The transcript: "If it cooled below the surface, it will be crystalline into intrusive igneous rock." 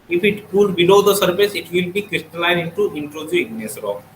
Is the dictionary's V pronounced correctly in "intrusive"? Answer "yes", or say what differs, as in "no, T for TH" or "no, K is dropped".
no, V is dropped